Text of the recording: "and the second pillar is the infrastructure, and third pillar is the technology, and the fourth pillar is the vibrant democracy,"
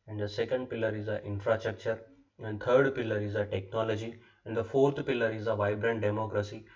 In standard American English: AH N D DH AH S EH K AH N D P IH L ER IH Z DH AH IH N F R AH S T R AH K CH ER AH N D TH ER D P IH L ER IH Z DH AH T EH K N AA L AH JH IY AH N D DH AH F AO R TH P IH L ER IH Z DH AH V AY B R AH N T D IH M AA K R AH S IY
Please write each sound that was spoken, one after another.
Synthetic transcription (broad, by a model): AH N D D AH S EH K AH N D P IH L ER IH Z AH IH N F R AH S T R AH K CH ER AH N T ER D P IH L ER IH Z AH T EH K N AA L AH JH IY AH N D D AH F AO R T P IH L ER IH Z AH V AY B R AH N T D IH M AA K R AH S IY